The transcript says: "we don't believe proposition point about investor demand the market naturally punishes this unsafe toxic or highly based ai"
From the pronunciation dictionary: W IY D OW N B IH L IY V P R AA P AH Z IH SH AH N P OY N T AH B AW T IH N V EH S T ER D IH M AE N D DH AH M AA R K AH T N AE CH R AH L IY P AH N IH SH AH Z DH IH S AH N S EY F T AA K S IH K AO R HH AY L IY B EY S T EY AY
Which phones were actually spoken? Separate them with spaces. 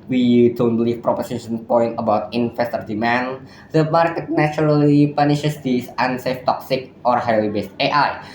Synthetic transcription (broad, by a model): W IY D OW N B L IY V P R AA P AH S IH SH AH N P OY N T AH B AW T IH N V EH S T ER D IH M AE N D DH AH M AA R K AH T N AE CH R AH L IY P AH N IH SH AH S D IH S AH N S EY F T AA K S IH K AO R HH AY W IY B EY S T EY AY